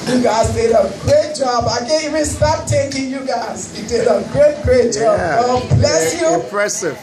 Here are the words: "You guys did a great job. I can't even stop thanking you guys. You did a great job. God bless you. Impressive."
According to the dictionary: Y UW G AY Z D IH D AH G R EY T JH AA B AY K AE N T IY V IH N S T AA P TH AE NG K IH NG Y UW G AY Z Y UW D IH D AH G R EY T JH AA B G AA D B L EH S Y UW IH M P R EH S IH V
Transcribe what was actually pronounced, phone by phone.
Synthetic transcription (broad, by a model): Y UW G AY Z D IH D AH G R EY T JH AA B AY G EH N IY W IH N S T AA P T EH K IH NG Y UW G AY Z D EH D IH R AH G R EY T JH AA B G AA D B L EH S Y UW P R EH S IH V